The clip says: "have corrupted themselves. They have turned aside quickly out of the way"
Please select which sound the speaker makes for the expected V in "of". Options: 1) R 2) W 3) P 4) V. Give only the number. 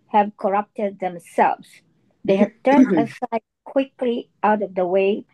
4